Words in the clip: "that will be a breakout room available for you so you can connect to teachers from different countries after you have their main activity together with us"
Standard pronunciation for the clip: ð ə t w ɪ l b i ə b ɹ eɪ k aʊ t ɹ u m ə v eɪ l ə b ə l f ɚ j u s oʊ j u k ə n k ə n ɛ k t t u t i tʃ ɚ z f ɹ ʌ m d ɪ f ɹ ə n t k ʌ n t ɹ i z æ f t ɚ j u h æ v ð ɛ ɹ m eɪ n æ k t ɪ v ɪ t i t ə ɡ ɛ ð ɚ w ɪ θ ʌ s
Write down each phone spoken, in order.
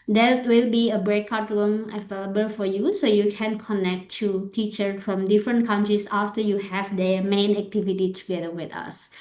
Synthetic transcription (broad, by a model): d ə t w ɪ l b i ə b ɹ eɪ k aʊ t ɹ u m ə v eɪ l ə b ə l f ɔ j u s oʊ j u k ə n k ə n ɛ k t t u t i tʃ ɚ f ɹ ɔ m d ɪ f ɹ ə n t k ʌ n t ɹ i s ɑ f t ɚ j u h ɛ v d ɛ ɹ m eɪ n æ k t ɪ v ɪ t i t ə ɡ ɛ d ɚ w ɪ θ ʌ s